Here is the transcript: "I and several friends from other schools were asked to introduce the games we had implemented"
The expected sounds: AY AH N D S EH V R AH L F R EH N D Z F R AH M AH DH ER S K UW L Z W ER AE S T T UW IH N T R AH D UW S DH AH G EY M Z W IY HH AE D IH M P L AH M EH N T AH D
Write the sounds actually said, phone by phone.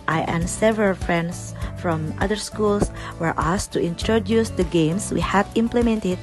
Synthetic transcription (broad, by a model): AY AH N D S EH V R AH L F R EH N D S F R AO M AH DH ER S K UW L S W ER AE S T T UW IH N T R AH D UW S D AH G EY M S W IY HH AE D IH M P L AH M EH N T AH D